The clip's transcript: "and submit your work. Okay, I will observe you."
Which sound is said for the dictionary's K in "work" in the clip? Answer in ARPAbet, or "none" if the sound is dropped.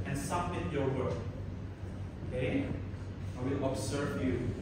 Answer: none